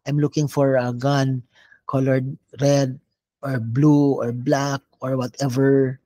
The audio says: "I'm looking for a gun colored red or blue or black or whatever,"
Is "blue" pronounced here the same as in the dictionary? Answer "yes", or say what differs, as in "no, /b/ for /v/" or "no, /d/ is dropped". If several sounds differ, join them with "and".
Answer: yes